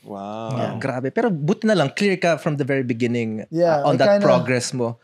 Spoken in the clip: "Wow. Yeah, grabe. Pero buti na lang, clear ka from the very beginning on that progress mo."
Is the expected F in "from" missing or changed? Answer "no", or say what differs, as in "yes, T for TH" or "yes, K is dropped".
no